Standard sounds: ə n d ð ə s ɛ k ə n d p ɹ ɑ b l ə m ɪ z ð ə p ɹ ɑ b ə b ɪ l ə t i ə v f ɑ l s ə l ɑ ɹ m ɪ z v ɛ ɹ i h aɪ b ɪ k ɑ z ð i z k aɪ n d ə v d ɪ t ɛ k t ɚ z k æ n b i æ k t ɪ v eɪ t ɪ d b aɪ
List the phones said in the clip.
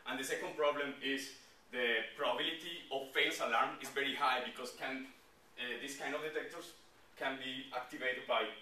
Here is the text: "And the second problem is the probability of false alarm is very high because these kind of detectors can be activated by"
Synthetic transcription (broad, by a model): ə n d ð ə s ɛ k ə n d p ɹ ɑ b l ə m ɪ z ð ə p ɹ ɑ b ə b ɪ l ə t i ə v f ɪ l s ə l ɑ ɹ m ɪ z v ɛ ɹ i h aɪ b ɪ k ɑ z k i s k aɪ n d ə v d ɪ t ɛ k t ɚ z k æ n b i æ k t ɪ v eɪ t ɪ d b aɪ